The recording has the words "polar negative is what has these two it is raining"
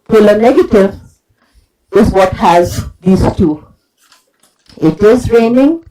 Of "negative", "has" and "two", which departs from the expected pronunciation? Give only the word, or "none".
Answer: none